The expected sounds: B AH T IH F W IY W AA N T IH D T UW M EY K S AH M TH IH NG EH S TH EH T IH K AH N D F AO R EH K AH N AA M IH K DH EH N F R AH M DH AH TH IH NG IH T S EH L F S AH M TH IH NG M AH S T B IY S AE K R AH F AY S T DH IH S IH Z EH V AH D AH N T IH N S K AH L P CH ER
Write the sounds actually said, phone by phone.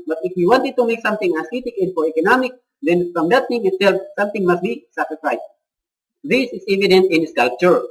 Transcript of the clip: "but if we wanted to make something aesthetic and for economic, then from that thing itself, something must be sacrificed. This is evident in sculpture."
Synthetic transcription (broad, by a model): B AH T IH F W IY W AA N T IH D T UW M EY K S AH M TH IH NG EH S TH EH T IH K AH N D F AO R EH K AH N AA M IH K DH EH N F R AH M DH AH T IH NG IH T S EH L F S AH M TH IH NG M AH S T B IY S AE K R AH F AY T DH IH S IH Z EH V AH D AH N T IH N S K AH L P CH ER